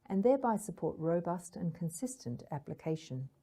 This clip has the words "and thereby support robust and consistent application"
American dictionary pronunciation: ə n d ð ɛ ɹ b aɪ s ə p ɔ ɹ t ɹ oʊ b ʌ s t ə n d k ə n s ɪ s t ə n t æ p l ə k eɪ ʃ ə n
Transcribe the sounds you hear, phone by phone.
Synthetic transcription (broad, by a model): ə n ð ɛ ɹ b aɪ s ə p ɔ ɹ t ɹ oʊ b ʌ s t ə n k ə n s ɪ s t ə n t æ p l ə k eɪ ʃ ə n